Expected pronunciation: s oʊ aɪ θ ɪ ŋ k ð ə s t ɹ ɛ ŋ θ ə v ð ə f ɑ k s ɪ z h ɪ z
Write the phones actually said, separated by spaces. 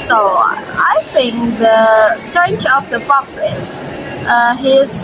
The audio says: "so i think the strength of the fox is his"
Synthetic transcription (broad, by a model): s oʊ aɪ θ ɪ ŋ k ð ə s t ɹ ɛ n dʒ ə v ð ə p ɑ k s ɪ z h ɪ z